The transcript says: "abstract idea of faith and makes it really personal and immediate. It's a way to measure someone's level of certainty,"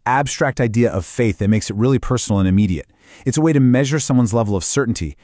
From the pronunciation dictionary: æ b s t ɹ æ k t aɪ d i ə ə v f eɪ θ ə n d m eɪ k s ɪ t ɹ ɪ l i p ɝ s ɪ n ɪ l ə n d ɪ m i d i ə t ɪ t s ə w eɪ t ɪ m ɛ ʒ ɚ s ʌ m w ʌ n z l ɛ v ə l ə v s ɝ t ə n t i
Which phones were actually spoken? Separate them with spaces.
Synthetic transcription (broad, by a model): æ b s t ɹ æ k t aɪ d i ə ə v f eɪ θ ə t m eɪ k s ɪ t ɹ ɪ l i p ɝ s n l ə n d ɪ m i d i ə t ɪ t s ə w eɪ t ɪ m ɛ ʒ ɚ s ʌ m w ʌ n z l ɛ v l ə v s ɝ t n t i